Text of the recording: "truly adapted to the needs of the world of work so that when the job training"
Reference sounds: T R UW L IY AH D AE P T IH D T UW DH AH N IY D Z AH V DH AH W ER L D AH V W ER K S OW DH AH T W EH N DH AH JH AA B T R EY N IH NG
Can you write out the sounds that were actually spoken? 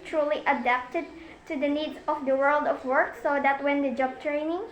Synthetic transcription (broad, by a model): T R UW L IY AH D AE P T IH D T UW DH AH N IY D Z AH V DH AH W ER L D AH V W ER K S OW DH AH T W EH N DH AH JH AA B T R EY N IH NG